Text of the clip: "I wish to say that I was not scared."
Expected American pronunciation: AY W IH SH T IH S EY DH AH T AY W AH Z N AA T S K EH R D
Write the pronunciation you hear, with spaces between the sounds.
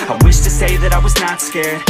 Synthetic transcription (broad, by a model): AY W IH SH T IH S EY DH AH T AY W AH Z N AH T S K EH R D